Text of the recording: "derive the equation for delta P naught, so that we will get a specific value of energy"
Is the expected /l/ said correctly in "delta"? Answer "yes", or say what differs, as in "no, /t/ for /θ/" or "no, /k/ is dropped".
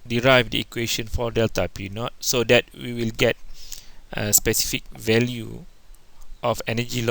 yes